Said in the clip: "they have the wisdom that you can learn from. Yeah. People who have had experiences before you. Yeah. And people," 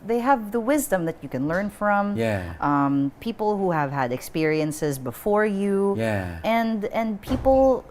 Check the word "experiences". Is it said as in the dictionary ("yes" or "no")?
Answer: yes